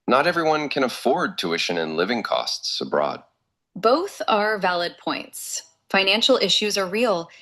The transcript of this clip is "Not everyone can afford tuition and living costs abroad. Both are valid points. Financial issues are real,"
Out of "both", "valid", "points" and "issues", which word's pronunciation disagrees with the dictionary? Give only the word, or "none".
none